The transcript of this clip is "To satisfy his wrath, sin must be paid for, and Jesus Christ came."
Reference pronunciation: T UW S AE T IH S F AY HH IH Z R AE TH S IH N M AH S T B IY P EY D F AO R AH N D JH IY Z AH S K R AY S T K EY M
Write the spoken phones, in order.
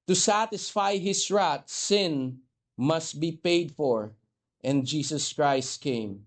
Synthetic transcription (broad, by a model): T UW S AE T IH S F AY HH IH S R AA T S IH N M AH S T B IY P EY D F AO R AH N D JH IY S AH S K R AY S T K EY M